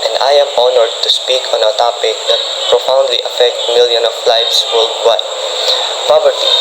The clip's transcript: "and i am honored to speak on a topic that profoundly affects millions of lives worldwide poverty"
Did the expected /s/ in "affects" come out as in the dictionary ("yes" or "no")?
no